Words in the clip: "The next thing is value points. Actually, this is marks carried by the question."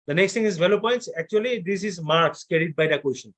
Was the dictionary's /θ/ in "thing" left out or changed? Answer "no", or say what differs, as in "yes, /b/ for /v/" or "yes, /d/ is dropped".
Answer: yes, /t/ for /θ/